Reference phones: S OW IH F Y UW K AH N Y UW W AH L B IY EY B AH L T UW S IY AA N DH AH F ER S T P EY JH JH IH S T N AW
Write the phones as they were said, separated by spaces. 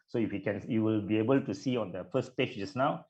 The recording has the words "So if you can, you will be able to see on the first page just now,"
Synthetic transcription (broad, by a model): S OW IH F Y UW K AH N Y UW W AH L B IY EY B AH L T UW S IY AA N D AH F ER S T P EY CH JH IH S N AW